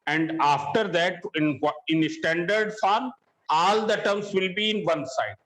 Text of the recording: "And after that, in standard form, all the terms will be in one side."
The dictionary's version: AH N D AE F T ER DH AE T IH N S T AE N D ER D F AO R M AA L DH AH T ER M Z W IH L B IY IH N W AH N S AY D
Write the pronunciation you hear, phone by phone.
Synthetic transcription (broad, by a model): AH N D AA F T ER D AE T IH N S T AE N D ER D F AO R AA L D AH T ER M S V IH L B IY IH N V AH N S AY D